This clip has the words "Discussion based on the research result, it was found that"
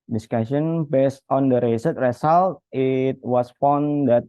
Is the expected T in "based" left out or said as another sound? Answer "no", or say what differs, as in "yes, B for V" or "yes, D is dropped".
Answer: no